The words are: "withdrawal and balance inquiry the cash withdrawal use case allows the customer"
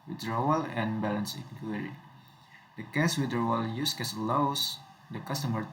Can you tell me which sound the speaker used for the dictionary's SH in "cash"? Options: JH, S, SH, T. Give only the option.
S